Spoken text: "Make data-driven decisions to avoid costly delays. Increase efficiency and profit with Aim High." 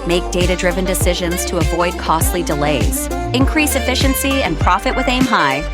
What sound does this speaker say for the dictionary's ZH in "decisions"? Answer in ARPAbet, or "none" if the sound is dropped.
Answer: ZH